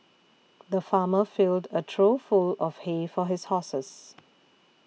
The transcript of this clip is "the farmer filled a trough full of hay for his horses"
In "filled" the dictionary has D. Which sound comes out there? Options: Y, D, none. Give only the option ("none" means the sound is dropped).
D